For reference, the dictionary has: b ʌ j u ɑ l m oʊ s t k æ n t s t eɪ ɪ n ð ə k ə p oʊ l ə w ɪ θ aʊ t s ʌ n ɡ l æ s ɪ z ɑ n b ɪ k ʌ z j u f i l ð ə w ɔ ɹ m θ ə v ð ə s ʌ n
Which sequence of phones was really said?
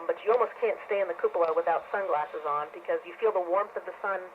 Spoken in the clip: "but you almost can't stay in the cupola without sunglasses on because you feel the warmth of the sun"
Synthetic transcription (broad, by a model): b ʌ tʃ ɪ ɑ l m oʊ s k æ n t s t eɪ ɪ n ð ə k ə p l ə w ɪ θ aʊ t s ʌ n ɡ l æ s ɪ z n b ɪ k ʌ z j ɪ f i l ð ə w ɔ ɹ m θ ə v ð ə s ʌ n